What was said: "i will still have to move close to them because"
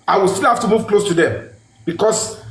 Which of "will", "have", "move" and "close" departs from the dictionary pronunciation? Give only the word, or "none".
have